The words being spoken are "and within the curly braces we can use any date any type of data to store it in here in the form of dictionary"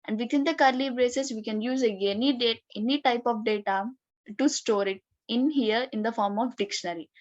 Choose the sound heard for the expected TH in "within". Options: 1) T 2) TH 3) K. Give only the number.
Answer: 1